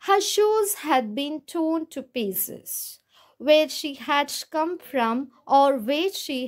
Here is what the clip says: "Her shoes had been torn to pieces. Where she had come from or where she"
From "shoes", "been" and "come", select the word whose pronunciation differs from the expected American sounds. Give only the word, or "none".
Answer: none